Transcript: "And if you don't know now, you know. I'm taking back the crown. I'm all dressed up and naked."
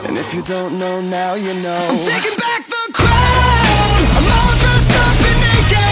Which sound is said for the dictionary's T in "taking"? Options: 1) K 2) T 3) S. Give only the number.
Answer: 2